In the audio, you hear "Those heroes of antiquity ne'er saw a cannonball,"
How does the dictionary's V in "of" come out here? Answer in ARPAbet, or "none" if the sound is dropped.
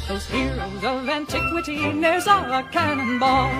V